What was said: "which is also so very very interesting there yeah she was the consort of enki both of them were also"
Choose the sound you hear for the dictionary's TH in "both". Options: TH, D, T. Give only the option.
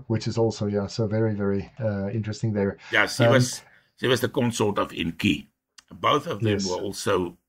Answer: TH